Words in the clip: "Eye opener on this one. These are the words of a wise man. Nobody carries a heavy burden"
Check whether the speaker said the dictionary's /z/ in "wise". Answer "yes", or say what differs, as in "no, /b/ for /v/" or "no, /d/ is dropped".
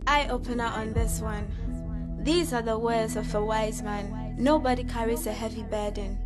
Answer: yes